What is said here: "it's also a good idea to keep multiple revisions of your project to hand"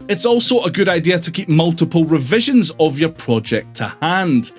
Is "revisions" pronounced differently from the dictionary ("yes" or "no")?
no